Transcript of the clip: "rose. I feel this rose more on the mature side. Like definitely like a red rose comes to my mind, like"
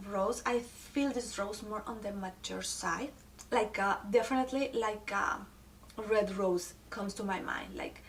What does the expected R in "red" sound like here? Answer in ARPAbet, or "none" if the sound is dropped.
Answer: R